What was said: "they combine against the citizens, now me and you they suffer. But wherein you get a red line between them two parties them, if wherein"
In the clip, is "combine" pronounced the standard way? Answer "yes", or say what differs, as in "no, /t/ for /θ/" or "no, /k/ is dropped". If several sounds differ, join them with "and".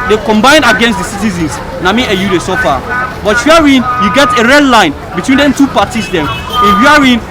yes